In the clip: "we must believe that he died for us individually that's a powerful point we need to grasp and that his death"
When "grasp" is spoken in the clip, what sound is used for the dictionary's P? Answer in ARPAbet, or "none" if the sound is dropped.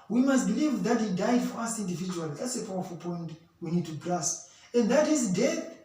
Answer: none